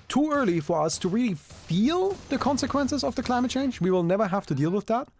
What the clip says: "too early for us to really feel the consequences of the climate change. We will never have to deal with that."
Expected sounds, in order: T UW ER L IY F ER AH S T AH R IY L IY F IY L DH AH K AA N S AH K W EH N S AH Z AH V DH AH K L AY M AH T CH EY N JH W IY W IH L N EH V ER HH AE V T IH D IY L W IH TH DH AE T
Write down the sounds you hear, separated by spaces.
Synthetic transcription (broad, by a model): T UW ER L IY F ER AH S T AH R IY L IY F IY L DH AH K AA N S AH K W EH N S AH Z AH V DH AH K L AY M AH T CH EY N JH W IY W IH L N EH V ER HH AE F T IH D IY L W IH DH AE T